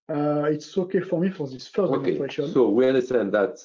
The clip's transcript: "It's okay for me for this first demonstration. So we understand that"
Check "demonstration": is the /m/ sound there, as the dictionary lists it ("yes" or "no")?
no